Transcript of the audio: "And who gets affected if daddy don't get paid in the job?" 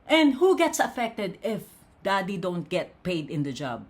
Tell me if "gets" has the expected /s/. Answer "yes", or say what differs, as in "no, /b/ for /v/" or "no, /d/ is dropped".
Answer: yes